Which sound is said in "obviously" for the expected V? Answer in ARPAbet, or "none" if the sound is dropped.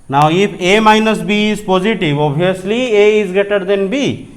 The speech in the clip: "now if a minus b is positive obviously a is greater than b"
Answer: none